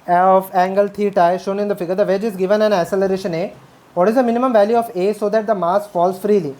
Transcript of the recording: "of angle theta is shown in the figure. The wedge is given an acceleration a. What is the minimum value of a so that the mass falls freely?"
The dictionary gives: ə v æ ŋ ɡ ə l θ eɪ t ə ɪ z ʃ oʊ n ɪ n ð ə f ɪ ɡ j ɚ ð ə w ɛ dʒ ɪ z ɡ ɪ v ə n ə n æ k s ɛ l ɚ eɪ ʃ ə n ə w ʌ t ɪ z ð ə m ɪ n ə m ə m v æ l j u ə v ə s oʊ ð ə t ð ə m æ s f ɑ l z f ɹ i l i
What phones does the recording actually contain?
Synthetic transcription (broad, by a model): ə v æ ŋ ɡ ə l t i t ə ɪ ʃ oʊ n ɪ n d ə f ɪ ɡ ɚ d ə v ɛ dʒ ɪ z ɡ ɪ v ə n ə n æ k s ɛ l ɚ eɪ ʃ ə n ə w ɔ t ɪ z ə m ɪ n ə m ə m v æ l j u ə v ə s oʊ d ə t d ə m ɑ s f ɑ l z f ɹ i l i